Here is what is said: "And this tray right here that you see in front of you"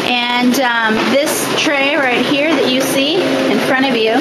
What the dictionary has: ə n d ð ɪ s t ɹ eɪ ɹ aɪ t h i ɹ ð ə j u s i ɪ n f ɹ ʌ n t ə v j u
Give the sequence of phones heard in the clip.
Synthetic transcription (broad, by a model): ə n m ð ɪ s t ɹ eɪ ɹ aɪ t h i ɹ ð ə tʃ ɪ s i ɪ n f ɹ ʌ t ə v j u